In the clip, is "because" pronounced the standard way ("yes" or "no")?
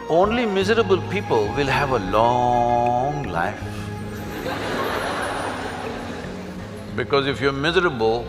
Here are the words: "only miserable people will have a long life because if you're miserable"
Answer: yes